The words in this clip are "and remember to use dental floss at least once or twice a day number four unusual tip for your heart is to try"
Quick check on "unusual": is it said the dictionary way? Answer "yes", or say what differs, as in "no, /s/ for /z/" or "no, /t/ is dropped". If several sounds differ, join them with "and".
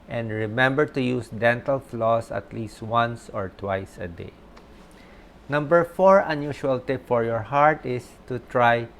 no, /ʃ/ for /ʒ/